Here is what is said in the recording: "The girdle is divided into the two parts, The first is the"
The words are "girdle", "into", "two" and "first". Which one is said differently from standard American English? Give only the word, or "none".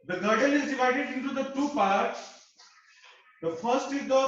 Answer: girdle